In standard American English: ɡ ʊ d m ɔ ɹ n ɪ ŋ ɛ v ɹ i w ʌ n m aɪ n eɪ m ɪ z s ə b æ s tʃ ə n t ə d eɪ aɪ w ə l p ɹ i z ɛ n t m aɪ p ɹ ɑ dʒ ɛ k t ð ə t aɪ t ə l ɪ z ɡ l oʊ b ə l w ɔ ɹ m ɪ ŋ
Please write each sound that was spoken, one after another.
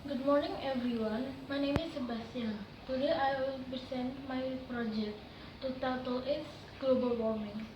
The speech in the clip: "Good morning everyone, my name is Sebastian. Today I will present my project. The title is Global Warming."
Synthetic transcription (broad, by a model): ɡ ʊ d m ɔ ɹ n ɪ ŋ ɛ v ɹ i w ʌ n m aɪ n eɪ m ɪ s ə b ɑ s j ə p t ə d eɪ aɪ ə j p i s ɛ n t m aɪ p ɹ ɑ dʒ ɛ k t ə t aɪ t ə l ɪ s ɡ l oʊ b ə l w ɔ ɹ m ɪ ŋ